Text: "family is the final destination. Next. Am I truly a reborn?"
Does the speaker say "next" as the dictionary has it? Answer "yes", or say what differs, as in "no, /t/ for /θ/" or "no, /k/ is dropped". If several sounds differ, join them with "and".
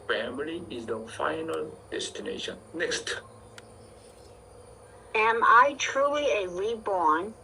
yes